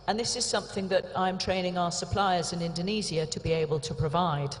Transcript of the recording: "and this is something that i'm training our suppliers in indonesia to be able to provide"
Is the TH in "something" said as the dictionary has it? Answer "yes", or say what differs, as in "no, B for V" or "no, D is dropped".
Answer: yes